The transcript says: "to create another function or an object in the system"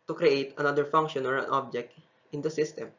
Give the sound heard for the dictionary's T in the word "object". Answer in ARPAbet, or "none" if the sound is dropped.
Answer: T